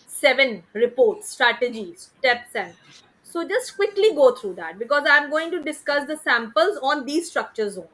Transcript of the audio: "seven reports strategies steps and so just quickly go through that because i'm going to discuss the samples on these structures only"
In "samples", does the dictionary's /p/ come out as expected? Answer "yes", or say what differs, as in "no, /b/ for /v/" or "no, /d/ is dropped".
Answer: yes